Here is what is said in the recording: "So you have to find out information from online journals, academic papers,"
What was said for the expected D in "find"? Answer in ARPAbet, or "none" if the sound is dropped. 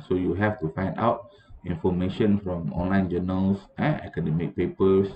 D